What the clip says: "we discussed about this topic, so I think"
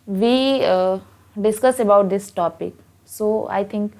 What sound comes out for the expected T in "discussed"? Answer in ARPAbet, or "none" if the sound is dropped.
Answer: none